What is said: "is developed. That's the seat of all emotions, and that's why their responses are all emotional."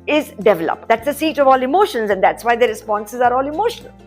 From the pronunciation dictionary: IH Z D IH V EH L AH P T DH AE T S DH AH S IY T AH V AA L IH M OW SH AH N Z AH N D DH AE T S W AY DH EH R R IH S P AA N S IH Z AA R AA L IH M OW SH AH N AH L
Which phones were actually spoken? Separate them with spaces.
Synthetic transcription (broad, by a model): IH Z D IH V EH L AH P T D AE T S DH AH S IY T AH V AA L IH M OW SH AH N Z AH N D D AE T S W AY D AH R R IH S P AA N S IH Z AA R AA L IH M OW SH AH N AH L